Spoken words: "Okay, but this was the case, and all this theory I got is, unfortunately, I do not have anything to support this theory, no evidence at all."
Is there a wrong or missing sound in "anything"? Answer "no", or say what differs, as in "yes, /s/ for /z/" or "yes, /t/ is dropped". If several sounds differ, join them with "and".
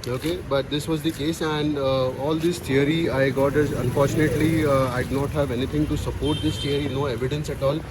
yes, /t/ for /θ/